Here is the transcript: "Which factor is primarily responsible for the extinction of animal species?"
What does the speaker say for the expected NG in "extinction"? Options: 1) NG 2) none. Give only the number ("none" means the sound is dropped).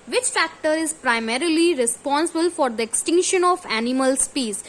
1